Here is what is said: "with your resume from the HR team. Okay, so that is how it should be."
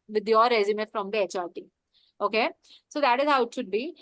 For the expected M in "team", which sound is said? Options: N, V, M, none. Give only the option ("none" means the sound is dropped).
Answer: none